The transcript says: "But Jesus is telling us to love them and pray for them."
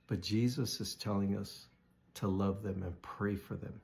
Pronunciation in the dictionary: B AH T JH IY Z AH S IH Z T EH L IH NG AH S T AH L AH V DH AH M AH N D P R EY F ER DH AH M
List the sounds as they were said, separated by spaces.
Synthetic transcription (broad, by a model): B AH T JH IY Z AH S IH Z T EH L IH NG AH S T AH L AH V DH AH M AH N P R EY F ER DH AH M